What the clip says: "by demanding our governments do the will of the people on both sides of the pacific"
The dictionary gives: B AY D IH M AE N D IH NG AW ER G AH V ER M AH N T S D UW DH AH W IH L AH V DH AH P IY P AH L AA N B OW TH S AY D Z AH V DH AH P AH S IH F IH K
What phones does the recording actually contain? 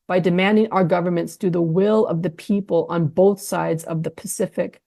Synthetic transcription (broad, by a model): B AY D IH M AE N D IH NG AW ER G AH V ER M AH N T S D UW DH AH W IH L AH V DH AH P IY P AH L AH N B OW TH S AY D Z AH V DH AH P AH S IH F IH K